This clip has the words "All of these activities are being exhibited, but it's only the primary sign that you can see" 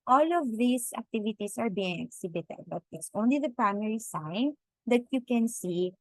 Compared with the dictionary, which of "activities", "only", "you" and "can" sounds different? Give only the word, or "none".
activities